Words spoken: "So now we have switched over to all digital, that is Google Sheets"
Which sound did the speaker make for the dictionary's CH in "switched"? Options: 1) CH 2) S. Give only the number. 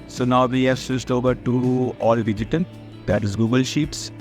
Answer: 2